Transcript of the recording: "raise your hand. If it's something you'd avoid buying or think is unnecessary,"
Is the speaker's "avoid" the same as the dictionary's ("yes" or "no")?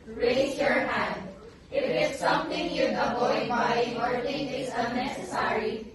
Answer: no